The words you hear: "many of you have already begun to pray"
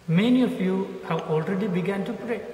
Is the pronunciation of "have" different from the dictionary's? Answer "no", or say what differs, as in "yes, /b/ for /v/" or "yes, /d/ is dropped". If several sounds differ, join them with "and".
yes, /w/ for /v/